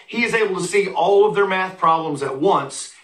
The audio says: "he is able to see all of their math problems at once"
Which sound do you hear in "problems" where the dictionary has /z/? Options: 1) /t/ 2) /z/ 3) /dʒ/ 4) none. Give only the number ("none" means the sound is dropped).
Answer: 2